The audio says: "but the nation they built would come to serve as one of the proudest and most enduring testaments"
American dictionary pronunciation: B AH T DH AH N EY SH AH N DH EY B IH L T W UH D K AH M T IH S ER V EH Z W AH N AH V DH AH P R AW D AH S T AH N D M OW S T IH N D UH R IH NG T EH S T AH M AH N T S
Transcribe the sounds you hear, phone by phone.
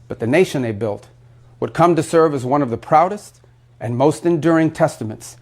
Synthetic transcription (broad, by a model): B AH T DH AH N EY SH AH N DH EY B IH L T W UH D K AH M T IH S ER V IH Z W AH N AH V DH AH P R AW D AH S T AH N M OW S T IH N D UH R IH NG T EH S T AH M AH N T S